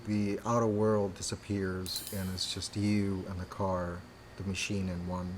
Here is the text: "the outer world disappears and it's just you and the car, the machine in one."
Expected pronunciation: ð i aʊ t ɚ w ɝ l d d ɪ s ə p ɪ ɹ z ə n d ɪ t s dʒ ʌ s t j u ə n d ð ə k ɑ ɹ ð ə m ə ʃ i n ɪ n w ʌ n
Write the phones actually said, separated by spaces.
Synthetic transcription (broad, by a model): ð i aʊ t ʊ w ɝ l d d ɪ s ə p ɪ ɹ z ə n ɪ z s dʒ ʌ s t j u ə n ð ə k ɑ ɹ ð ə m ə ʃ i n ɪ n w ʌ n